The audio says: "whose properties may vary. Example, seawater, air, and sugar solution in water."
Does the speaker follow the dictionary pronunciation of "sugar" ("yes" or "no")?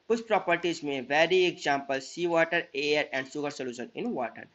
no